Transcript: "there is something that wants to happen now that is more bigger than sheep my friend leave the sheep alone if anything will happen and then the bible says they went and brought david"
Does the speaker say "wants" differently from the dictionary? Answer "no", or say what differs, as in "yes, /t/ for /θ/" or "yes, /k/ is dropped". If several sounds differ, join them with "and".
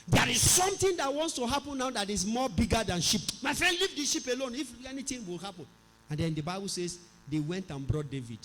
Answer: no